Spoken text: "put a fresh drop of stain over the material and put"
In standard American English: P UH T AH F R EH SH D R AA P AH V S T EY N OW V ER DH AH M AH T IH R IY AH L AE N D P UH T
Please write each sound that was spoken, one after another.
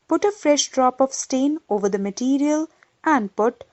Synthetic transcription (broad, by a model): P UH T AH F R EH SH D R AA P AH V S T EY N OW V ER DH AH M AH T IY R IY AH L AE N D P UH T